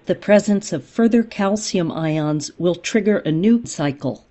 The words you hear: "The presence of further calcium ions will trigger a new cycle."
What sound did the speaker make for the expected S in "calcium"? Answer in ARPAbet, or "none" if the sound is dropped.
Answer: S